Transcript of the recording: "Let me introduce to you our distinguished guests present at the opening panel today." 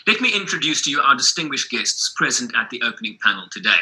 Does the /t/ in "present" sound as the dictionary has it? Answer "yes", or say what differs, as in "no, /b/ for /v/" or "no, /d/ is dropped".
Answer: yes